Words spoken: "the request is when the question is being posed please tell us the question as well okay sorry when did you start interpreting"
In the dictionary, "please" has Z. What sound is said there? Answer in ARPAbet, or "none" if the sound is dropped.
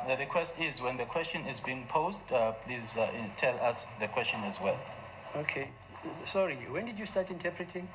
Z